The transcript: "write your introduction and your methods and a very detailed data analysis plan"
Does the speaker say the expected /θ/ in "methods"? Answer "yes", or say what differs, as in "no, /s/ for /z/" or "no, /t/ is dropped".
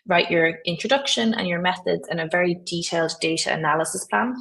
yes